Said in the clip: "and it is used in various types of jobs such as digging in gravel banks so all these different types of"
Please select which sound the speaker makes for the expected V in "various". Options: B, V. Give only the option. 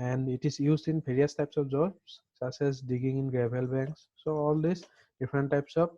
B